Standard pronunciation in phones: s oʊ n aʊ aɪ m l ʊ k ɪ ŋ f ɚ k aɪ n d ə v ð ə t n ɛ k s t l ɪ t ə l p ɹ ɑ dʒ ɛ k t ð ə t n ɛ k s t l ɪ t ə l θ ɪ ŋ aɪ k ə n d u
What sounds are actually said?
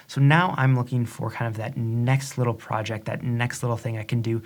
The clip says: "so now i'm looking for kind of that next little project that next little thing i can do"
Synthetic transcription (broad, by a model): s oʊ n aʊ aɪ m l ʊ k ɪ ŋ f ɚ k aɪ n d ə v ð ə t n ɛ k s t l ɪ t l p ɹ ɑ dʒ ɛ k t ð ə t n ɛ k s t l ɪ t l θ ɪ ŋ aɪ k ə n d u